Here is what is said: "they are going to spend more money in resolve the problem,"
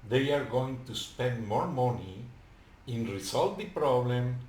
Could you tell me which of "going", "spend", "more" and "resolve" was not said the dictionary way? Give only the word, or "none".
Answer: resolve